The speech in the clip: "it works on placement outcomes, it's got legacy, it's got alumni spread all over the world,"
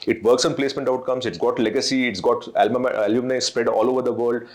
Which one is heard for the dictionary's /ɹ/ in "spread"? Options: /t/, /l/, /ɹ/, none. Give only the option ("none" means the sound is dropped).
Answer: /ɹ/